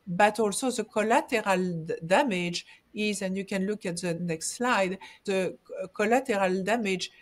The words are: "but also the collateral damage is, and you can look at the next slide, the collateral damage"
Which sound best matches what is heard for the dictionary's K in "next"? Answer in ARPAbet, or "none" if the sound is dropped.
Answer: K